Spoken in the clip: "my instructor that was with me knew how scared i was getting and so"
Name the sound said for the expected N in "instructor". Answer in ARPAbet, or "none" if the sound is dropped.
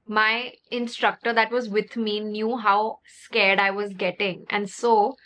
N